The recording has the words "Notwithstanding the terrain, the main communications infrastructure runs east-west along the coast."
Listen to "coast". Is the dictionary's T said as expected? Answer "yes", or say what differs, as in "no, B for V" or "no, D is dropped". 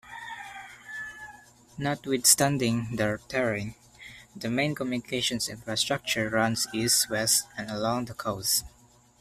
no, T is dropped